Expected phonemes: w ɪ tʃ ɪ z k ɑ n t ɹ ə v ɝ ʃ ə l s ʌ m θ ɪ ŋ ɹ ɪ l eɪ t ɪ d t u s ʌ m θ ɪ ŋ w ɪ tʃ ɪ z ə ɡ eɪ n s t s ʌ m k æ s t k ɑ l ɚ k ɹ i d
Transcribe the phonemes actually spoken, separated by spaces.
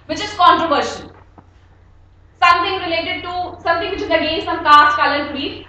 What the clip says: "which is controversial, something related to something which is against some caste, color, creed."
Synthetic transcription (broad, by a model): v ɪ tʃ ɪ z k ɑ n t ɹ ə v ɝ ʃ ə n s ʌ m t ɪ ŋ ɹ ɪ l eɪ t ɪ d t u s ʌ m t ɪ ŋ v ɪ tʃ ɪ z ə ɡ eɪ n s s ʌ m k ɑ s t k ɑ l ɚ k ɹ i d